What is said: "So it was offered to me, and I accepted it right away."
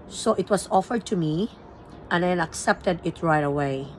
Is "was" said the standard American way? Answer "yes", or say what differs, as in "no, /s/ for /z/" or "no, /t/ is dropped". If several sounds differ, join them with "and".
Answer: no, /s/ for /z/